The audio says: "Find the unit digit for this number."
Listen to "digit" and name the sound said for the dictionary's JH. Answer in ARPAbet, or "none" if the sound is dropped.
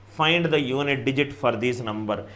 JH